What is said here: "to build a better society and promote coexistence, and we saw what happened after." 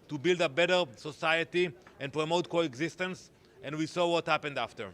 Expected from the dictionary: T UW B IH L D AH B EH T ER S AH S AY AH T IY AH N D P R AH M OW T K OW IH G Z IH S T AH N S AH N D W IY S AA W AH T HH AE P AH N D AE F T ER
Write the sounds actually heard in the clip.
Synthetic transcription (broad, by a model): T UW B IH L D AH B EH T ER S AH S AY AH T IY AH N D P R AH M OW T K OW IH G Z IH S T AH N S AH N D W IY S AA W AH T HH AE P AH N D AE F T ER